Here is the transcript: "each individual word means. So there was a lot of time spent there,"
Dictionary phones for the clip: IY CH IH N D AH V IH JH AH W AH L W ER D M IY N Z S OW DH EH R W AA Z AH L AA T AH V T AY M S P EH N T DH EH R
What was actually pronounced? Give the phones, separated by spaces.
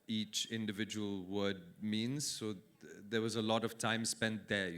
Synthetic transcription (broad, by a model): IY CH IH N D AH V IH JH AH W AH L W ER D M IY N Z S OW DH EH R W AA Z AH L AA T AH V T AY M S P EH N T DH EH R